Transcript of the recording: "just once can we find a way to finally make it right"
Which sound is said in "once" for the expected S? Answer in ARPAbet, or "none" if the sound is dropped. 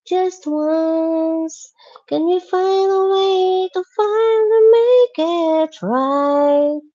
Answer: S